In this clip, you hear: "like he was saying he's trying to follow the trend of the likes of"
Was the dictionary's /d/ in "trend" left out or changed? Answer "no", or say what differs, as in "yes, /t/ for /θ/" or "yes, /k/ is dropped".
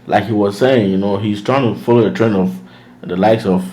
yes, /d/ is dropped